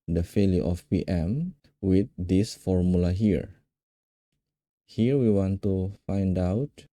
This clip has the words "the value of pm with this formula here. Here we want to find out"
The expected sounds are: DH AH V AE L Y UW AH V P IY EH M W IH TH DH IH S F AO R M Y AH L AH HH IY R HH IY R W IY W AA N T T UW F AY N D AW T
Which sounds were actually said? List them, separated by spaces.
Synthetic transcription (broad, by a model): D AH F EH L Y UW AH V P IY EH M W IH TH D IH S F AO R M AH L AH HH IY R HH IY R W IY W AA N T T UW F AY N D AW T